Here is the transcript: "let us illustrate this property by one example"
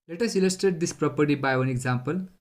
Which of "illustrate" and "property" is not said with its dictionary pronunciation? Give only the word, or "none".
illustrate